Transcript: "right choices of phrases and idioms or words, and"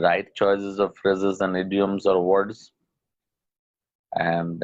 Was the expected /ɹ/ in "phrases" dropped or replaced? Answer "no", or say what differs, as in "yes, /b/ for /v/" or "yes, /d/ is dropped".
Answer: no